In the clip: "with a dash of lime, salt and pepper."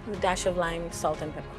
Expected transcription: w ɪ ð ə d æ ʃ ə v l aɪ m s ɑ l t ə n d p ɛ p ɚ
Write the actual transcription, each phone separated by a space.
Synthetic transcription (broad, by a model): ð ə d æ ʃ ə v l aɪ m s ɑ l t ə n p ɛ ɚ